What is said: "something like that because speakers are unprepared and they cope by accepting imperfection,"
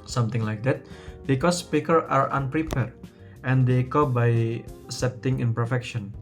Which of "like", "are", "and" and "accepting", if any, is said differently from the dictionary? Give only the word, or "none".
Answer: accepting